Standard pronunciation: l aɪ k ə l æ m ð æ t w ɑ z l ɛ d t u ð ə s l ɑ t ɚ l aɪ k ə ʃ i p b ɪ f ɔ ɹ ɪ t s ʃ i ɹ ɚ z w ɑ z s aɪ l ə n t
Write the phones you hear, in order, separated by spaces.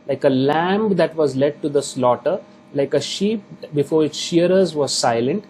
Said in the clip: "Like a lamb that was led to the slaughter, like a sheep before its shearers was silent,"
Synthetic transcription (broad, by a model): l aɪ k ə l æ m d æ t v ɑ z l ɛ d t u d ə s l ɑ t ɚ l aɪ k ə ʃ i p b ɪ f ɔ ɹ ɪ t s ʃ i ɹ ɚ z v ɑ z s aɪ l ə n t